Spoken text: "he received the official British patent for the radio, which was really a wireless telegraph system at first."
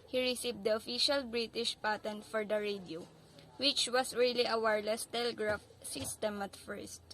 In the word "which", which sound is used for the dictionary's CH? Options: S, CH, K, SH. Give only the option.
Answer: CH